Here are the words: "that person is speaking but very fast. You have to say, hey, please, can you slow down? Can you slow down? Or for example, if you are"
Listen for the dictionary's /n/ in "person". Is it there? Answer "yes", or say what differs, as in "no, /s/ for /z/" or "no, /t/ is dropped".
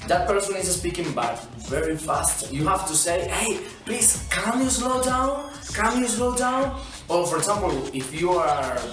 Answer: yes